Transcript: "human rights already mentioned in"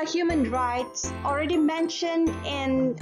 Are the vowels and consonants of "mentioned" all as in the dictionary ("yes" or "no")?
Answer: yes